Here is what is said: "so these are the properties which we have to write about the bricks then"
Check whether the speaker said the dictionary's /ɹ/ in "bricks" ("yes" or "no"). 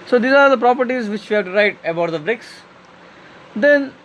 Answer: yes